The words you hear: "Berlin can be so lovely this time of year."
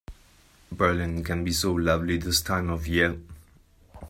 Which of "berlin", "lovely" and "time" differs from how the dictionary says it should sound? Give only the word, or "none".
none